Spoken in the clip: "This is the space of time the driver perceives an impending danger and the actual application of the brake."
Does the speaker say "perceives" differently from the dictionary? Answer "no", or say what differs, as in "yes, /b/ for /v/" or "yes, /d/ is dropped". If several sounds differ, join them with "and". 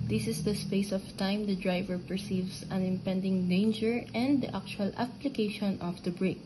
yes, /s/ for /z/